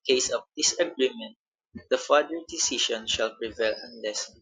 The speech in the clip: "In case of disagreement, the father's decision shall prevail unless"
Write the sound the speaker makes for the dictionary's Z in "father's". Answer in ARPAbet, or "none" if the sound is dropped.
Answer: none